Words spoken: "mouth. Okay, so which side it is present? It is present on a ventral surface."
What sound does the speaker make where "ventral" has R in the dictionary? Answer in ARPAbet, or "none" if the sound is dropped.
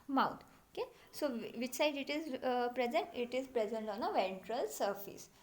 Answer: R